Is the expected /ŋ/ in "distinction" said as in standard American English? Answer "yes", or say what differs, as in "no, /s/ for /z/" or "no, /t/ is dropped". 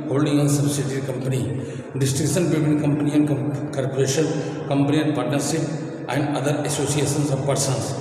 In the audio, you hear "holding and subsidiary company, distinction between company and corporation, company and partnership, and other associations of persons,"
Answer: no, /ŋ/ is dropped